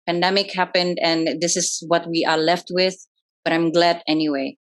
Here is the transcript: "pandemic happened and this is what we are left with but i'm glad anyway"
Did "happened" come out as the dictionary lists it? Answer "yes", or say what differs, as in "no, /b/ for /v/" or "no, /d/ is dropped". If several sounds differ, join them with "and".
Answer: yes